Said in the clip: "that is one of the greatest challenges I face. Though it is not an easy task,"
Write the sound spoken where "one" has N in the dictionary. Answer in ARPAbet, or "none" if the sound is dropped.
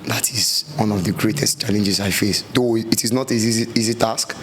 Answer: N